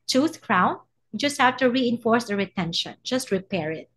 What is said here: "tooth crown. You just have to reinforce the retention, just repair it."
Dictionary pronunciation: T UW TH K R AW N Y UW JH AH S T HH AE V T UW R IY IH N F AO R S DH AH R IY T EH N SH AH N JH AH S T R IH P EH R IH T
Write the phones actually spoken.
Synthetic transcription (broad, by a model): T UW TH K R AW N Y JH AH S T HH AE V T UW R IY IH N F AO R S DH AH R IY T EH N SH AH N JH AH S T R IH P EH R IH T